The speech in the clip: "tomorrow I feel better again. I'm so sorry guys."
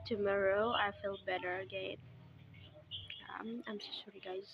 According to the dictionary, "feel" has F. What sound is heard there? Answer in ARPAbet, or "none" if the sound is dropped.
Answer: F